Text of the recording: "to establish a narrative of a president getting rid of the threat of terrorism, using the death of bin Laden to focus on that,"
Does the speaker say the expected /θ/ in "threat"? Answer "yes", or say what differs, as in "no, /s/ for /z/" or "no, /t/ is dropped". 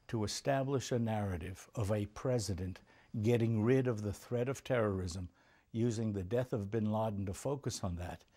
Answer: yes